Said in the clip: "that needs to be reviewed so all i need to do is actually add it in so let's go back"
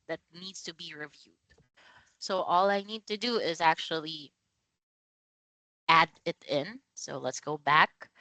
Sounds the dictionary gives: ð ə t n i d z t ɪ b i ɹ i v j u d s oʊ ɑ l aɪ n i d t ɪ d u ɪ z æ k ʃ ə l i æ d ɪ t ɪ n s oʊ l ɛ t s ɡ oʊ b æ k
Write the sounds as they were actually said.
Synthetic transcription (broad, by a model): ð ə t n i d z t ɪ b i ɹ i v j u d s oʊ ɑ l aɪ n i d t ɪ d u ɪ z æ k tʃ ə l i æ d ɪ t ɪ n s oʊ l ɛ t s ɡ oʊ b æ k